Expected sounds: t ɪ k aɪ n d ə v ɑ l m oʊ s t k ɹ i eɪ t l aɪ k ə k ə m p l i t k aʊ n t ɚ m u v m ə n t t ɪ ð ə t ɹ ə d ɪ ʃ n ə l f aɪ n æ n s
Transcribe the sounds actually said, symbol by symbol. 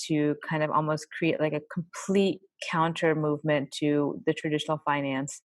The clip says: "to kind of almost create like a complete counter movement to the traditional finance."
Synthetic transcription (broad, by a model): t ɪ k aɪ n d ə v ɑ l m oʊ s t k ɹ i eɪ t l aɪ k ə k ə m p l i t k aʊ n t ɚ m u v m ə n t t ɪ ð ə t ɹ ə d ɪ ʃ n l f aɪ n æ n s